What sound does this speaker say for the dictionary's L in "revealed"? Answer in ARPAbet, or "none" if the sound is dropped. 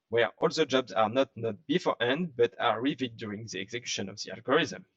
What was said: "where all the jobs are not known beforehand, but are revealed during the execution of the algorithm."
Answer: none